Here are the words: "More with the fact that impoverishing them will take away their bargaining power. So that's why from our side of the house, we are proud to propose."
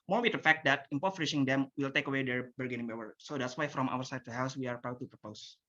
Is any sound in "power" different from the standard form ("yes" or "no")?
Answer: yes